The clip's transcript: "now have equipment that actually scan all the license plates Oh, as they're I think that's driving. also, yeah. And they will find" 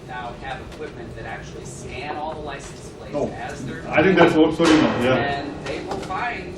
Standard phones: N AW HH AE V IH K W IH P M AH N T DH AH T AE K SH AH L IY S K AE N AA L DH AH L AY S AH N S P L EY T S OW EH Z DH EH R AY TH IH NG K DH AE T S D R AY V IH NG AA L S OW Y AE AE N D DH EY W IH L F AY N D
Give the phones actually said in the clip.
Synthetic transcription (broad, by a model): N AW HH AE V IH K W IH P M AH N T DH AH T AE K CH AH L IY S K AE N AA L DH AH L AY S N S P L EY OW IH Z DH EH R AY TH IH NG K DH AE T S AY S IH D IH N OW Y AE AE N DH EY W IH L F AY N